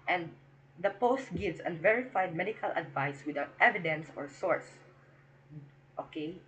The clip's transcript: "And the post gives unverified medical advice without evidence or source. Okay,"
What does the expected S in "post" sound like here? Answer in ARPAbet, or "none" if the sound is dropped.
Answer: S